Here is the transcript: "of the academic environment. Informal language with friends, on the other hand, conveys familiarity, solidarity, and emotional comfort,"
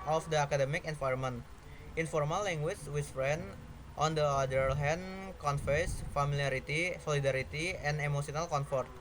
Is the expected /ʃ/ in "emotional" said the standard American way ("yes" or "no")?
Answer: no